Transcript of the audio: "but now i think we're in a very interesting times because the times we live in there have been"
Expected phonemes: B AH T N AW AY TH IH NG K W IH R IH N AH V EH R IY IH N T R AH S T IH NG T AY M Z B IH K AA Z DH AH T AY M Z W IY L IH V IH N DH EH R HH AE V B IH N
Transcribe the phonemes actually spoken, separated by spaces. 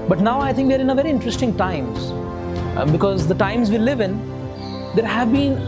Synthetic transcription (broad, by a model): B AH T N AW AY T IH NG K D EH R IH N AH V EH R IY IH N T R AH S T IH NG T AY M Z B IH K AA Z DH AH T AY M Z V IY L IH V IH N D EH R HH AE V B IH N